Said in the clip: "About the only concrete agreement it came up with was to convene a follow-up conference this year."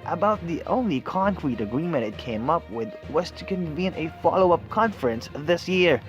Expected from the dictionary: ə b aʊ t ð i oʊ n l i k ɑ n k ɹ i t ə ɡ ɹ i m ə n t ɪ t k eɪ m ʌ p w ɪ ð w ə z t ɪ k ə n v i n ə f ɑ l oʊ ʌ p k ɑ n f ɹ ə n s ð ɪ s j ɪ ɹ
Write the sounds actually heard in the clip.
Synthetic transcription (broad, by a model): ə b aʊ t ð i oʊ n l i k ɑ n k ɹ i t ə ɡ ɹ i m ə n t ɪ t k eɪ m ʌ p w ɪ ð w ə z t ɪ k ə n v i n ə f ɑ l oʊ ʌ p k ɑ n f ɹ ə n s ð ɪ s j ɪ ɹ